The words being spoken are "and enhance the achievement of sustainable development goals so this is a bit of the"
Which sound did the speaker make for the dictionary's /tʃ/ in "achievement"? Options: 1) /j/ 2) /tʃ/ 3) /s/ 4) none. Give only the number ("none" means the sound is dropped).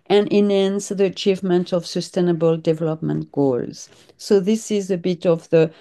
2